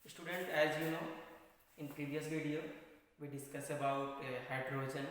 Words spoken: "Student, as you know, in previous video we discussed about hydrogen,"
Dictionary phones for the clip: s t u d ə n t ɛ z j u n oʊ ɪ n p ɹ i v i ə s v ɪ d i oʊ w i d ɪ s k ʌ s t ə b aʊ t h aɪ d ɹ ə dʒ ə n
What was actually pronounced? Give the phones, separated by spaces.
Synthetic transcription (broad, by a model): s t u d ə n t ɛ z j u n oʊ ɪ n p ɹ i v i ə s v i d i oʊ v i d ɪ s k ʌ s ə b aʊ t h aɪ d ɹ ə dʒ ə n